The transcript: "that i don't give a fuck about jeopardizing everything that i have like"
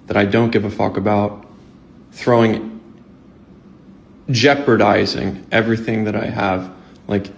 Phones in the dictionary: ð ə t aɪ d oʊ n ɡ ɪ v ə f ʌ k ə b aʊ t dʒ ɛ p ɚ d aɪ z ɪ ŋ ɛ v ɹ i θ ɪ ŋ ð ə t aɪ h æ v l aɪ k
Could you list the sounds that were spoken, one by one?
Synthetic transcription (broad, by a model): ð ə t aɪ d oʊ n ɡ ɪ v ə f ʌ k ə b aʊ t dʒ ɛ p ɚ d aɪ z ɪ ŋ ɛ v ɹ i θ ɪ ŋ ð ə t aɪ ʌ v l aɪ k